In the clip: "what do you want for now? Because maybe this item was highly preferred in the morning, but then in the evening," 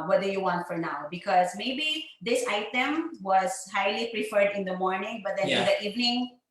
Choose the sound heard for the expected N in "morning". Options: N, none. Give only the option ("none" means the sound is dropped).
N